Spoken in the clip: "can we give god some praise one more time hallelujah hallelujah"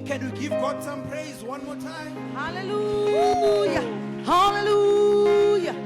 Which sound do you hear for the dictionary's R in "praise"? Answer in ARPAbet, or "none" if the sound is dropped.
R